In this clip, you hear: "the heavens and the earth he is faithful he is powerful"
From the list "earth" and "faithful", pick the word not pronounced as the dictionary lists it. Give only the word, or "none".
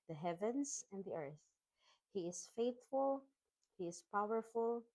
none